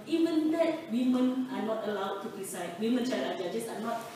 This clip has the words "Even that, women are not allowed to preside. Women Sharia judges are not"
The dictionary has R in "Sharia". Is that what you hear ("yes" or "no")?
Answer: no